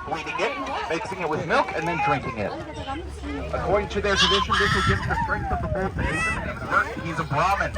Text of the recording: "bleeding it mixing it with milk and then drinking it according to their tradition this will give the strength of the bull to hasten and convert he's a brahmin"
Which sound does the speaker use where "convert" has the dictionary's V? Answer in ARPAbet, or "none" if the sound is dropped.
none